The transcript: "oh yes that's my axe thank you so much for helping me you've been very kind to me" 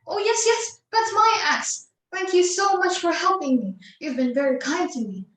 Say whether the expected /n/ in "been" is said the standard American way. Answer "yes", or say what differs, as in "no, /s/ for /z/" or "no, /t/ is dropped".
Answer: yes